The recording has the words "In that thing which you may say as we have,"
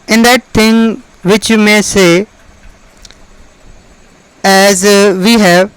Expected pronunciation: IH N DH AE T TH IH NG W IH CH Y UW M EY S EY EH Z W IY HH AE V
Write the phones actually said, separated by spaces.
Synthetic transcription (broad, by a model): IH N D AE T T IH NG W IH CH Y UW M EY S EY EH Z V IY HH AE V